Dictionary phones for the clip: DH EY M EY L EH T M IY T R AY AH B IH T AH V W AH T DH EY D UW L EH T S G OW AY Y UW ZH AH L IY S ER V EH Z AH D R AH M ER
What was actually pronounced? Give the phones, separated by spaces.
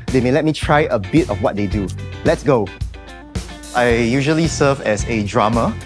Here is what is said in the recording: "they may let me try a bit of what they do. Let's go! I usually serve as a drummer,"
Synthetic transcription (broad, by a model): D EY M EY L EH T M IY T R AY AH B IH T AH F W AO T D EY D UW L EH T S G OW AY Y UW ZH AH L IY S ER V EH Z AH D R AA M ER